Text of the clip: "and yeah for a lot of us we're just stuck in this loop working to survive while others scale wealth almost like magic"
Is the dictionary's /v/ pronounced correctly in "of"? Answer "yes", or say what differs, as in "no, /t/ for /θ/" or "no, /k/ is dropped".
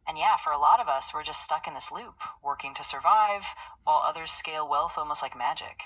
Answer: yes